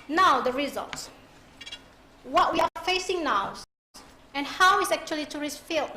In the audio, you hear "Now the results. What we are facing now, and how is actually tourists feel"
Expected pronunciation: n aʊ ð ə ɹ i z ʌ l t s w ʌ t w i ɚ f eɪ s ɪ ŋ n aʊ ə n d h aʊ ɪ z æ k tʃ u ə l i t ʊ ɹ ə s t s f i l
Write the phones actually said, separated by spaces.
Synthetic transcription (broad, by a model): n aʊ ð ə ɹ i z ʌ l t s w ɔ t w i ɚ f eɪ s ɪ ŋ n aʊ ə n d h aʊ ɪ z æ k tʃ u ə l i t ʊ ɹ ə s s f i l